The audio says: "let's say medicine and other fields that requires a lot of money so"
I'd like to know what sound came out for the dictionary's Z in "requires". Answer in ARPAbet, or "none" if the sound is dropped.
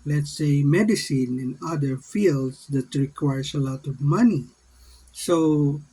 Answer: S